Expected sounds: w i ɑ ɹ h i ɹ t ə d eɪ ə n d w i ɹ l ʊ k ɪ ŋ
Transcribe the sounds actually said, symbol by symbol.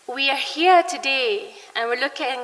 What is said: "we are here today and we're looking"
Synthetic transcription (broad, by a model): w i ɑ ɹ h i ɹ t ə d eɪ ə n w i ɹ l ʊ k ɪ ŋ